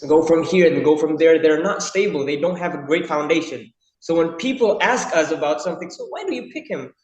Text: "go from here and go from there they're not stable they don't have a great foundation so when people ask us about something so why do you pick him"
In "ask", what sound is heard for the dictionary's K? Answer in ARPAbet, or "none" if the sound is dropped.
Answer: K